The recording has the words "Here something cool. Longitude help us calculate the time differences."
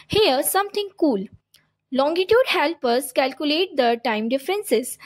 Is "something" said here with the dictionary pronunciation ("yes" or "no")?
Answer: no